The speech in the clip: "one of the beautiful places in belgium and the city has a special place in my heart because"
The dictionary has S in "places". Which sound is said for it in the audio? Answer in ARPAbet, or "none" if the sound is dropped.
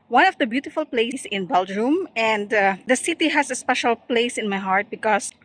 none